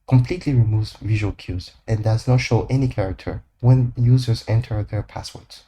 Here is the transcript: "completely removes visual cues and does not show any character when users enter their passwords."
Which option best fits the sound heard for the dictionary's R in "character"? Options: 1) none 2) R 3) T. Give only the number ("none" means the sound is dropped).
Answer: 2